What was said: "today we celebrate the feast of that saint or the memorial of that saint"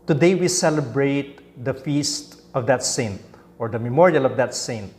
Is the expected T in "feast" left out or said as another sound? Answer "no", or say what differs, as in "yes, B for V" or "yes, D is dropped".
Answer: no